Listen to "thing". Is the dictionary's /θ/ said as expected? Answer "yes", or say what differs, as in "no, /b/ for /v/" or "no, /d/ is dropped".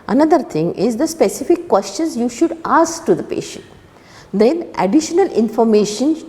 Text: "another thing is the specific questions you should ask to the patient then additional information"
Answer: no, /t/ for /θ/